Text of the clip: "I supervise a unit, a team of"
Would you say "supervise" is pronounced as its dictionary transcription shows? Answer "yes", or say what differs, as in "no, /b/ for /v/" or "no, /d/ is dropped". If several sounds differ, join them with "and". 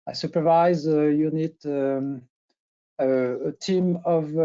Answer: yes